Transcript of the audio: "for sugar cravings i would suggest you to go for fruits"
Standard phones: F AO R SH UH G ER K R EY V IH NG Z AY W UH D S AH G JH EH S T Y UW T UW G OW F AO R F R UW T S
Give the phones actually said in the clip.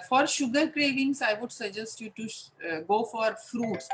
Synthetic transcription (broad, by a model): F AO R SH UH G ER K R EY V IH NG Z AY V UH D S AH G JH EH S T Y UW T UW G OW F AO R F R UW T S